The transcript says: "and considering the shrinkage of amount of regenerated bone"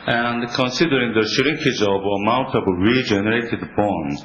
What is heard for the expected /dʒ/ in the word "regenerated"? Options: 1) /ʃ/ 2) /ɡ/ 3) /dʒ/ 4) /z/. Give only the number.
3